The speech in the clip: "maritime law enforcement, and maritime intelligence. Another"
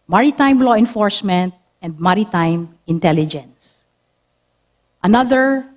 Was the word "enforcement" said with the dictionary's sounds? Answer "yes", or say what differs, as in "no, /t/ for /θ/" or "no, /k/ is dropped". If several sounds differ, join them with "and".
yes